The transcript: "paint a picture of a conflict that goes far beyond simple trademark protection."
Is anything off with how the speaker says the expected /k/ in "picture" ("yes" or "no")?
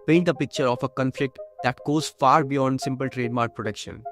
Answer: no